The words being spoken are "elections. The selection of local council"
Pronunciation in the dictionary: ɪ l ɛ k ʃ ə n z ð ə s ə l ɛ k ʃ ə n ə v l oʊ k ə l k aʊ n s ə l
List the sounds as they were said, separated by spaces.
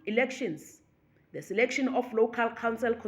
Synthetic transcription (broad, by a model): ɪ l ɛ k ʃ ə n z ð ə s ə l ɛ k ʃ ə n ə f l oʊ k ə l k aʊ n s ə l